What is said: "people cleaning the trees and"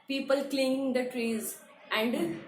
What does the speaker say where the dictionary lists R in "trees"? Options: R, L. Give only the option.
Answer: R